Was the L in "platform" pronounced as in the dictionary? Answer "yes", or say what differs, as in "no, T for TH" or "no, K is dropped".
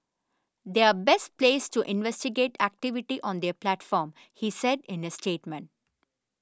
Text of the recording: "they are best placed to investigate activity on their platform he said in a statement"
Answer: yes